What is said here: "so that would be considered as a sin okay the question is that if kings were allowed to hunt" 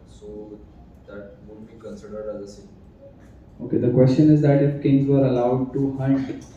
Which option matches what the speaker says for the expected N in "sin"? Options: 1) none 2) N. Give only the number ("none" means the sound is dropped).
1